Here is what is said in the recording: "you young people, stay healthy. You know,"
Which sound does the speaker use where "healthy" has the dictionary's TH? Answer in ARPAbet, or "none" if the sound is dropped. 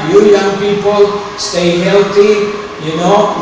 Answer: T